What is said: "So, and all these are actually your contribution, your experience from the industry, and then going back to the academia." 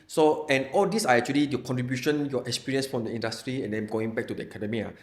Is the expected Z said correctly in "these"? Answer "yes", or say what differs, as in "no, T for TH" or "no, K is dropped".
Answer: no, S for Z